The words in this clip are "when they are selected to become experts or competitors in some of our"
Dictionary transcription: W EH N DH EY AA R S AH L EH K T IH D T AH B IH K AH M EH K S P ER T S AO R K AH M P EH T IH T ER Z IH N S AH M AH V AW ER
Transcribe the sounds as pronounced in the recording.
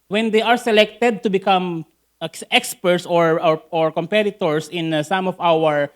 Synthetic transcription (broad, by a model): W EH N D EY AA R S AH L EH K T IH D T AH B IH K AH M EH K S P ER T S AO R K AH M P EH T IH T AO S IH N S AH M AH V AW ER